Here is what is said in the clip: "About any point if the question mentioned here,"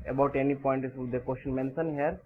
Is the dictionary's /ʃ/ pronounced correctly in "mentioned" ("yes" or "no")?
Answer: no